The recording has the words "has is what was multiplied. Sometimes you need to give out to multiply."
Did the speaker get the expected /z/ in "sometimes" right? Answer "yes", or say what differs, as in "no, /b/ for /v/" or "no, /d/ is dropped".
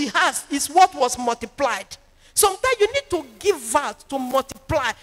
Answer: no, /z/ is dropped